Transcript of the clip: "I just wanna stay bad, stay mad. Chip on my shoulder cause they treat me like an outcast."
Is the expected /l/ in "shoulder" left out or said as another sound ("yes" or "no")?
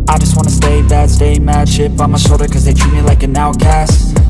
yes